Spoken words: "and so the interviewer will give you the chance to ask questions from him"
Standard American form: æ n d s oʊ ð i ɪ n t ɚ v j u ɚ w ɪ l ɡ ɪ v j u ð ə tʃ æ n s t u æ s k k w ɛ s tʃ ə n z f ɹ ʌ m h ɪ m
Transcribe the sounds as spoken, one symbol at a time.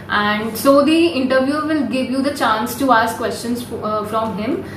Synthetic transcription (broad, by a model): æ n d s oʊ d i ɪ n t ɚ v j u ɚ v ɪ l ɡ ɪ v j u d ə tʃ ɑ n s t u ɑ s k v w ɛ s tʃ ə n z f ɹ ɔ m h ɪ m